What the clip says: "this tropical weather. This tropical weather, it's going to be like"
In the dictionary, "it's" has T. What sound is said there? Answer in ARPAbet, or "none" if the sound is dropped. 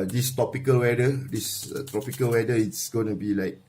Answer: T